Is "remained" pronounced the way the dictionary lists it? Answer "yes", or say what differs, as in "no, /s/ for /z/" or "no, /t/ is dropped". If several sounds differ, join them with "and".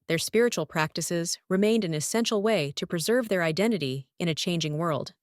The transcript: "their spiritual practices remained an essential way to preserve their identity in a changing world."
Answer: yes